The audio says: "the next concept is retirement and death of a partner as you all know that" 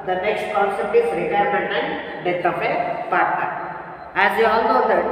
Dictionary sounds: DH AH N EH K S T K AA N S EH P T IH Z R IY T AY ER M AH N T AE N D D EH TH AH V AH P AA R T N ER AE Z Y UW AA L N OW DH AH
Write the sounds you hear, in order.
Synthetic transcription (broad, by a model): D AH N EH K S T K AA N S EH P T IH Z R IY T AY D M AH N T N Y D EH T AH F AH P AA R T AA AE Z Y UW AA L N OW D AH